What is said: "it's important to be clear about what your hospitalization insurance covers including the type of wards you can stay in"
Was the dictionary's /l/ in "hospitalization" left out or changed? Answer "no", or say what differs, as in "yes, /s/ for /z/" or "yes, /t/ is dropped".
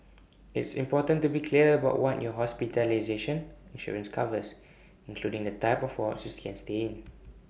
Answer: no